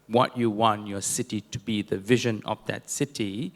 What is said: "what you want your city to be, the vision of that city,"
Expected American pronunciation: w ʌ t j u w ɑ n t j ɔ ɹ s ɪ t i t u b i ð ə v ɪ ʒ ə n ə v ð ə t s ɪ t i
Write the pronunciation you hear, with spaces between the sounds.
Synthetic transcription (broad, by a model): w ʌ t j u w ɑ n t j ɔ s ɪ t i t u b i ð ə v ɪ ʒ ə n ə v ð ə t s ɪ t i